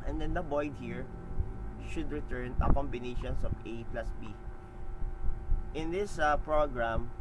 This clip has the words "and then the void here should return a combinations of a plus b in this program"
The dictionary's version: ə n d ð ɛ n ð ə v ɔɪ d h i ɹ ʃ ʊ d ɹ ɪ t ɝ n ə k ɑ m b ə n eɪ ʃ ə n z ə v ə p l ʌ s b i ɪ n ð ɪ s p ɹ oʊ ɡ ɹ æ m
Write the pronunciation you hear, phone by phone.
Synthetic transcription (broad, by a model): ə n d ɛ n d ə b ɔɪ d h i ɹ ʃ ʊ d ɹ ɪ t ɝ n ə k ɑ m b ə n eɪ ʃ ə n s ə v ə p l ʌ s b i ɪ n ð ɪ s p ɹ oʊ ɡ ɹ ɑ m